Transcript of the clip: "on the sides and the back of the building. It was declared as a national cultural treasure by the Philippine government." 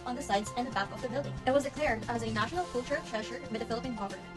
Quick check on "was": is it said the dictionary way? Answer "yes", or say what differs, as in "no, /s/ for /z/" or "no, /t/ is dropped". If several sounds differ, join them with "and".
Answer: yes